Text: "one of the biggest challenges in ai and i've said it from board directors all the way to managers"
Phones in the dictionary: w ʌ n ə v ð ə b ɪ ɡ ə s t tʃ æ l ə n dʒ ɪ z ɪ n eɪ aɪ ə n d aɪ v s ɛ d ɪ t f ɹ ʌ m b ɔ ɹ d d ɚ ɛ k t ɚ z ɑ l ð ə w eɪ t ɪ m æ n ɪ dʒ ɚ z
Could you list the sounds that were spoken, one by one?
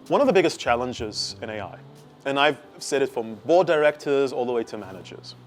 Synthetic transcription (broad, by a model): w ʌ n ə v ð ə b ɪ ɡ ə s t tʃ æ l ə n dʒ ɪ z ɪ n eɪ aɪ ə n aɪ v s ɛ d ɪ t f ɹ ʌ m b ɔ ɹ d d ɚ ɛ k t ɚ z ɑ l ð ə w eɪ t ɪ m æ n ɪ dʒ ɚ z